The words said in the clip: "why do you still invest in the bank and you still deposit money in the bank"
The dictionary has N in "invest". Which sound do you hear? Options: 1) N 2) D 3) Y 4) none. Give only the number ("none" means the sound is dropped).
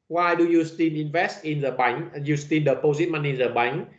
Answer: 1